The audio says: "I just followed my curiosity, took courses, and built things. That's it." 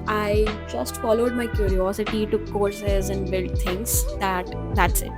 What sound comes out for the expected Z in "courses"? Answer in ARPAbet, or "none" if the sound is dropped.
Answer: Z